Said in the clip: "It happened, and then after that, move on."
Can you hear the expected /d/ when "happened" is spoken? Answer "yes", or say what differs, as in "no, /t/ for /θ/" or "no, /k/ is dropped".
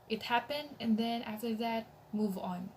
yes